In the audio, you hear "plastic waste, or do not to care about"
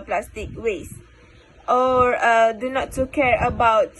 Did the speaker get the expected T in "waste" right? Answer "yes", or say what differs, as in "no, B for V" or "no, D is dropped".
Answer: yes